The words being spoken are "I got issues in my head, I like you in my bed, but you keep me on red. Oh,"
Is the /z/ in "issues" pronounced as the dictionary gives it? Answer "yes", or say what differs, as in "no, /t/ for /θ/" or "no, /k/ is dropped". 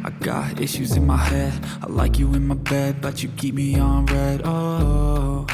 yes